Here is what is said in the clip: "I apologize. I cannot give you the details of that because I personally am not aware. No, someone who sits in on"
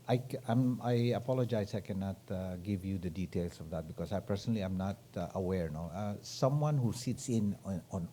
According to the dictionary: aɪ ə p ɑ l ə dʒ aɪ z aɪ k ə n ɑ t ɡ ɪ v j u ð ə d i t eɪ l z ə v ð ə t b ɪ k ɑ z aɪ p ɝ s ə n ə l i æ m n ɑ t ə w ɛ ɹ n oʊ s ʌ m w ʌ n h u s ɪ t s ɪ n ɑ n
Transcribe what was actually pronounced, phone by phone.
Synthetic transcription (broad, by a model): aɪ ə p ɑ l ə dʒ aɪ s aɪ k ə n ɑ t ɡ ɪ v j u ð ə d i t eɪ l s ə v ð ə t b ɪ k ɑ s aɪ p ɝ s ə n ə l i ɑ m n ɑ t ə w ɛ ɹ n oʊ s ʌ m w ʌ n h u s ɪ t s ɪ n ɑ n